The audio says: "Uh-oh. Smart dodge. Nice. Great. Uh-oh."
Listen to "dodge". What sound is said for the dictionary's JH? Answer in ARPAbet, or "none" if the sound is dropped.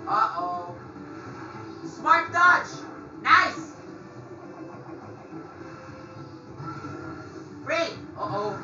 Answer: CH